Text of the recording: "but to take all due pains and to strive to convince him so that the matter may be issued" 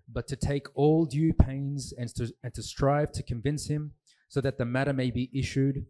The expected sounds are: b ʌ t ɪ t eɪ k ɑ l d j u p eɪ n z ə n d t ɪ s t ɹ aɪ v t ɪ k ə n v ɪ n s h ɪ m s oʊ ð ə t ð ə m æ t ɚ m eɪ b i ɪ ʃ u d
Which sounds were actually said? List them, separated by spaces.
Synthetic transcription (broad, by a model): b ʌ t ɪ t eɪ k ɑ l d j u p eɪ n z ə n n t ɪ s t ɹ aɪ v t ɪ k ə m v ɪ n s h ɪ m s oʊ ð ə t ð ə m æ t ɚ m eɪ b i ɪ ʃ u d